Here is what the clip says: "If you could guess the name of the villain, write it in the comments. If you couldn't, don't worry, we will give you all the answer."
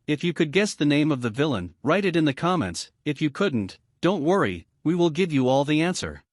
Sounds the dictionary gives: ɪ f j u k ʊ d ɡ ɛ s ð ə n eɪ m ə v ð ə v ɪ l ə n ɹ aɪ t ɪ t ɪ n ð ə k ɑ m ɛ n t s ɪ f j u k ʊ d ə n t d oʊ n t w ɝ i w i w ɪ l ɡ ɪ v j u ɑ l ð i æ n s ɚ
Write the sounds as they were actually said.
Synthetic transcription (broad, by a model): ɪ f j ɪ k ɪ d ɡ ɛ s ð ə n eɪ m ə v ð ə v ɪ l ə n ɹ aɪ t ɪ t ɪ n ð ə k ɑ m ɛ n t s ɪ f j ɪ k ʊ d n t d oʊ n t w ɝ i w i w ɪ l ɡ ɪ v j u ɑ l ð i æ n s ɚ